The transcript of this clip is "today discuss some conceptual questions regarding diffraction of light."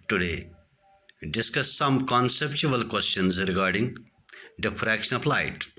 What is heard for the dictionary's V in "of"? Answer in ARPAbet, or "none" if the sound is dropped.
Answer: P